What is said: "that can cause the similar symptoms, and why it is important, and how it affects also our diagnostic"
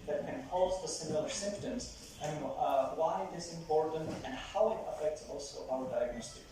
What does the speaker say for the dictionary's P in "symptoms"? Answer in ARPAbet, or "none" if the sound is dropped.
P